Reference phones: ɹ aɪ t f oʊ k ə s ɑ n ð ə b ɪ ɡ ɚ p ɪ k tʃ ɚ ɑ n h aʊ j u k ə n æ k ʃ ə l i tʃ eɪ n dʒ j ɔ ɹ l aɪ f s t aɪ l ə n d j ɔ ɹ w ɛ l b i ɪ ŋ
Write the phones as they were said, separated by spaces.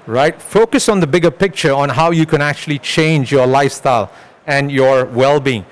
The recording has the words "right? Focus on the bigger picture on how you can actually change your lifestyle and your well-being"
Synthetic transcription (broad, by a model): ɹ aɪ t f oʊ k ə s ɑ n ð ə b ɪ ɡ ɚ p ɪ k tʃ ɚ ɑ n h aʊ j u k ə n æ k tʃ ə l i tʃ eɪ n dʒ j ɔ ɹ l aɪ f s t aɪ l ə n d j ɔ ɹ w ɛ l b i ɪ ŋ